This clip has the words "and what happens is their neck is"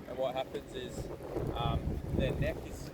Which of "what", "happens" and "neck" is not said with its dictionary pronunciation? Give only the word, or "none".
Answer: none